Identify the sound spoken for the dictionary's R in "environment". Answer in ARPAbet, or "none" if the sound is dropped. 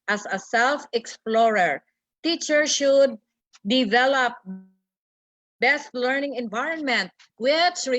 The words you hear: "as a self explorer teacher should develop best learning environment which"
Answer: R